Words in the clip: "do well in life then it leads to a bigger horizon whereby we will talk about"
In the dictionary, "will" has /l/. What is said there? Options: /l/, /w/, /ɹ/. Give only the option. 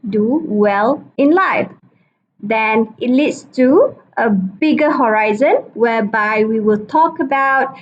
/l/